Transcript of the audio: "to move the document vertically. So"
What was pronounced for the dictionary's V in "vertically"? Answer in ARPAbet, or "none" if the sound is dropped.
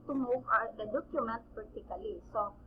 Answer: P